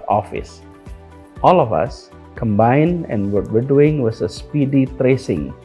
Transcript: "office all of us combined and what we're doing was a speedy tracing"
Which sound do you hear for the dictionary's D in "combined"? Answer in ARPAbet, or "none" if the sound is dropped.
D